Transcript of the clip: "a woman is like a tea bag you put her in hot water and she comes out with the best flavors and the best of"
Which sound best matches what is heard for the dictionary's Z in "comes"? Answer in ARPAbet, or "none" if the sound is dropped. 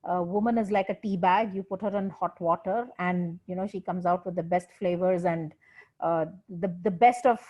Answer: Z